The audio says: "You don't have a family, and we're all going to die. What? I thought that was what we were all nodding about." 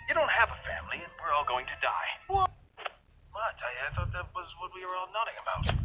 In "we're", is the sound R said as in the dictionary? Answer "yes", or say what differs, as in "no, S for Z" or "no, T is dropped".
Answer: yes